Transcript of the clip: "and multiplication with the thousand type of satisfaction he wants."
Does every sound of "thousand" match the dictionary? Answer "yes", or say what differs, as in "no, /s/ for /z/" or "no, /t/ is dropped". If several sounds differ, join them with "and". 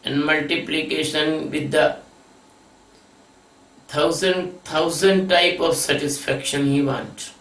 no, /t/ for /θ/